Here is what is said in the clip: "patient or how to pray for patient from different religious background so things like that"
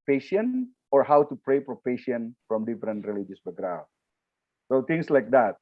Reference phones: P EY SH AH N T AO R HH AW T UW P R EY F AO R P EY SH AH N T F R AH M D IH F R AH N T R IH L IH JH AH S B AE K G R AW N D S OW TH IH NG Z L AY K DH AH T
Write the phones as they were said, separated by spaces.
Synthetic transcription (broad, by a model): P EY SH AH N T AO R HH AW T UW P R EY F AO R P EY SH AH N F R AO M D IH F R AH N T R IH L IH JH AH S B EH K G R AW D S OW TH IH NG S L AY K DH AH T